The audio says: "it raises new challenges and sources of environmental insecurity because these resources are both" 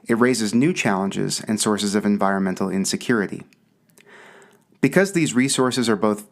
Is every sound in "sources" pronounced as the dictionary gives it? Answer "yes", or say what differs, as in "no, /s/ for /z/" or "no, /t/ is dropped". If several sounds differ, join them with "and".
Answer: yes